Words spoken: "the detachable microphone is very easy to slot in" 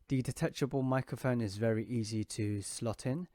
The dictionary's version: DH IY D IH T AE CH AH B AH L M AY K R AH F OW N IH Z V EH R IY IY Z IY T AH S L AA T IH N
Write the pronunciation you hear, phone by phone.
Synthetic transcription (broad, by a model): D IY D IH T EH CH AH B AH L M AY K R AH F OW N IH Z V EH R IY IY Z IY T AH S L AA T IH N